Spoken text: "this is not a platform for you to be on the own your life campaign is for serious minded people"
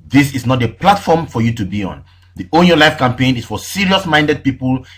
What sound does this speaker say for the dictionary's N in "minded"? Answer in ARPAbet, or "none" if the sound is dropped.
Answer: N